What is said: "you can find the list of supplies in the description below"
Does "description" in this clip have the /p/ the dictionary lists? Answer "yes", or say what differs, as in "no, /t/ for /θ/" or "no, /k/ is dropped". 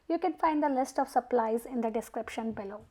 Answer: yes